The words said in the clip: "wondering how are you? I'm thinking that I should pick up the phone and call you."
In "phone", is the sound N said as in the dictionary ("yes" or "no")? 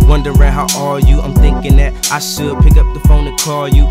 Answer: yes